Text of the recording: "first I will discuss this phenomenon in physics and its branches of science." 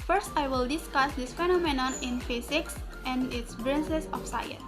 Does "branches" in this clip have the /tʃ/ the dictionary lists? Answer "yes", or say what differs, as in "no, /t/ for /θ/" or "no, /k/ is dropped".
no, /s/ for /tʃ/